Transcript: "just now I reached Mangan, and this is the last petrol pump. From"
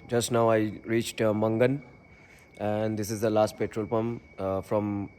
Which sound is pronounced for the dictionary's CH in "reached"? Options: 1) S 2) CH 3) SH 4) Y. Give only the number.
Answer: 2